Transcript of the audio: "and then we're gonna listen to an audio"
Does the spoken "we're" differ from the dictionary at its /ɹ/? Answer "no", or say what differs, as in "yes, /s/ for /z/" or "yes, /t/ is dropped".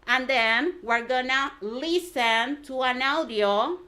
no